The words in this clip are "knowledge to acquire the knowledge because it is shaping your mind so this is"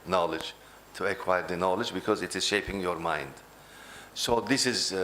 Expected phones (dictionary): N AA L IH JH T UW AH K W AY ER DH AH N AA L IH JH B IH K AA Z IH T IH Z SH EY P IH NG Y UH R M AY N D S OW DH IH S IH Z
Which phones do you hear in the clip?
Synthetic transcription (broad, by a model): N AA L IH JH T UW AH K W AY ER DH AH N AA L IH JH B IH K AA Z IH T IH Z SH EY P IH NG Y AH R M AY N D S OW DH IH S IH Z